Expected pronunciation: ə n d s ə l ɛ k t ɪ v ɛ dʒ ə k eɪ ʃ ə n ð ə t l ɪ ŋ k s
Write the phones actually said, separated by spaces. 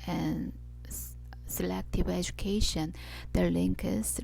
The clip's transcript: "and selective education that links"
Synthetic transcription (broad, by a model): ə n s ə l ɛ k t ɪ v ɛ dʒ ə k eɪ ʃ ə n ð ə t l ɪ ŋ k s